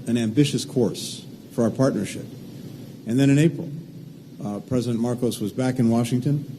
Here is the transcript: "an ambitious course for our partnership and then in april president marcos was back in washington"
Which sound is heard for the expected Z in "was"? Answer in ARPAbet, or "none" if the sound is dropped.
Z